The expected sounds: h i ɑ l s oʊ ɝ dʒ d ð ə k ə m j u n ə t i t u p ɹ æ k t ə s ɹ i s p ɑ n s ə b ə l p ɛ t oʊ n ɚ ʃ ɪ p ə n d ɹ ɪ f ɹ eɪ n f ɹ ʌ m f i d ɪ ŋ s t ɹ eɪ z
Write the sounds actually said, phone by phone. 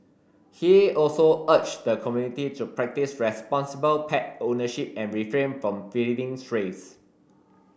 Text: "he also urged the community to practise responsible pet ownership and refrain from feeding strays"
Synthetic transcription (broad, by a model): h i ɑ l s oʊ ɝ tʃ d ə k ə m j u n ə t i t u p ɹ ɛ k t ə s ɹ i s p ɑ n s ə b ə l p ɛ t oʊ n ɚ ʃ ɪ p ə n ɹ ɪ f ɹ eɪ n f ɹ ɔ m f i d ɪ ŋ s ɹ eɪ s